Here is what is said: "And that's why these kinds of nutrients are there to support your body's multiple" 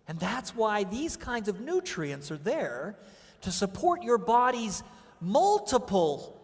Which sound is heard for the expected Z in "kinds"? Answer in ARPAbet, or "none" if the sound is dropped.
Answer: Z